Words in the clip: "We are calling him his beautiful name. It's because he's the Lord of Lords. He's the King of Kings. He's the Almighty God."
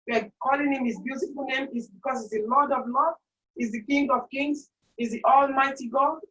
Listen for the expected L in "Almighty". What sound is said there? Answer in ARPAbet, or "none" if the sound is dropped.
L